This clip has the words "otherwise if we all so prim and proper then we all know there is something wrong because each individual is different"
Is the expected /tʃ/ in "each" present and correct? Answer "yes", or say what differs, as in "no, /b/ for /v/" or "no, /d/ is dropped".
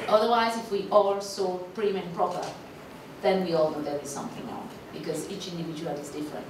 yes